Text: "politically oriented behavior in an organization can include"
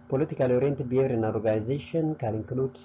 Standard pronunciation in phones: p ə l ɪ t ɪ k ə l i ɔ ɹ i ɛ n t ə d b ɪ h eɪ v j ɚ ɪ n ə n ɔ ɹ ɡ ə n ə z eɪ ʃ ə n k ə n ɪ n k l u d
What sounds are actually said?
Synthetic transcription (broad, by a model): p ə l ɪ t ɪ k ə l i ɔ ɹ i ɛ n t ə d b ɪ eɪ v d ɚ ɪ ə n ɔ ɹ ɡ ə n ə z eɪ ʃ ə n k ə l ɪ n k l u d